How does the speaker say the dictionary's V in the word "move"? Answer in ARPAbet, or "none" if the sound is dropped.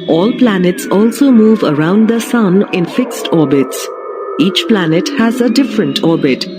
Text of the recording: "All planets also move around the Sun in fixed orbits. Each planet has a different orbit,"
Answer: V